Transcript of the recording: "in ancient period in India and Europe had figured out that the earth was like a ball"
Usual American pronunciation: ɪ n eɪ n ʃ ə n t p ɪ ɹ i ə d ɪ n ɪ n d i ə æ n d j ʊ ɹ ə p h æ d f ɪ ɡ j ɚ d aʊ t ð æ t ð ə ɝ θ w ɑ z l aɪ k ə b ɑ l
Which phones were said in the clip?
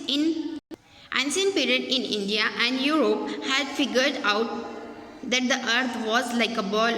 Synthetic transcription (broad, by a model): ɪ n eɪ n s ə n p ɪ ɹ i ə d ɪ n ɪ n d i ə æ n d j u ɹ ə p h æ d f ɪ ɡ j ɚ d aʊ t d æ t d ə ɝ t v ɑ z l aɪ k ə b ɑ l